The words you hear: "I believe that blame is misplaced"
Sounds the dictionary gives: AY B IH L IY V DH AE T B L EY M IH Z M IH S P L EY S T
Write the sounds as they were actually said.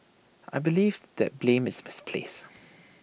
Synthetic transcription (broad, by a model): AY B IH L IY V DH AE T B L EY M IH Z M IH S P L EY S